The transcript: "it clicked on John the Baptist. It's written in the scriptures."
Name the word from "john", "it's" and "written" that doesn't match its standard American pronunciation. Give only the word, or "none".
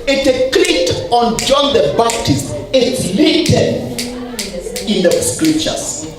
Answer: written